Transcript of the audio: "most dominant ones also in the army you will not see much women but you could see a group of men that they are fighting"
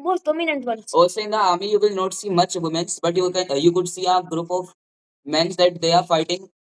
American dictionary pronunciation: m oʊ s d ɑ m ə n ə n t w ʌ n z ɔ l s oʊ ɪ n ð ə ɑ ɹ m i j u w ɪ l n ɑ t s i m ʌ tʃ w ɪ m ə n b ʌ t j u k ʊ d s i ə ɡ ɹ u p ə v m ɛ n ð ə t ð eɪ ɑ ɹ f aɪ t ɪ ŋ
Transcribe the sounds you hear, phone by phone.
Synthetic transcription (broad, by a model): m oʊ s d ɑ m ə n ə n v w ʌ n ɔ s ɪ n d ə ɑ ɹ m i j u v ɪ l n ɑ t s i m ʌ tʃ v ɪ m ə n b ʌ t j u k ʊ d s i ə ɡ ɹ u p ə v m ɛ n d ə t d eɪ ɑ ɹ f aɪ t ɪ ŋ